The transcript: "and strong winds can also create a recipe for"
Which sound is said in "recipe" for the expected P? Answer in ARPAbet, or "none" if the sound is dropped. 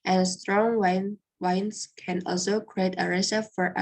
F